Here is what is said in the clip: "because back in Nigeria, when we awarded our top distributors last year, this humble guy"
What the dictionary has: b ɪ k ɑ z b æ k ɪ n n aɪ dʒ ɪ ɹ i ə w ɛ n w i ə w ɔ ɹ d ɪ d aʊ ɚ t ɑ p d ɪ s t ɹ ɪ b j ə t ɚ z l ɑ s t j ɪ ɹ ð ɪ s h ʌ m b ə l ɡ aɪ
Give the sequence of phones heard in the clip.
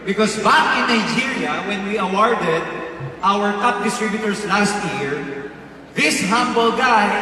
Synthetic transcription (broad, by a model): b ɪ k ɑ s b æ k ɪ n n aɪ dʒ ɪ ɹ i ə w ɛ n w i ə w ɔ ɹ d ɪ d aʊ ɚ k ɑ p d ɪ s t ɹ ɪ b j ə t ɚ s l ɑ s t j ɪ ɹ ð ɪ s h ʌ m b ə l ɡ aɪ